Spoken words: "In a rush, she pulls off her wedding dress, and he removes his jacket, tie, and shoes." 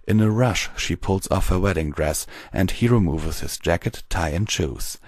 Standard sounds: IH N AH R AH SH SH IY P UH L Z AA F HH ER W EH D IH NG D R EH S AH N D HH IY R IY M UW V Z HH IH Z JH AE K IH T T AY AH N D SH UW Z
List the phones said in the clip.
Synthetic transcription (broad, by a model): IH N AH R AH SH SH IY P UH L Z AA F HH ER W EH D IH NG D R EH S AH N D HH IY R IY M UW V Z HH IH Z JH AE K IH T T AY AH N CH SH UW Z